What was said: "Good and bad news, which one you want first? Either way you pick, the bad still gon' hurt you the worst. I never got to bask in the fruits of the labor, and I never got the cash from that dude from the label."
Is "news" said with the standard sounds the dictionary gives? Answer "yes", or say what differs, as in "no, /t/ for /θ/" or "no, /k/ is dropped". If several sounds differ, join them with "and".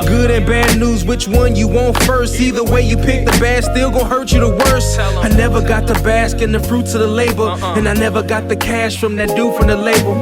yes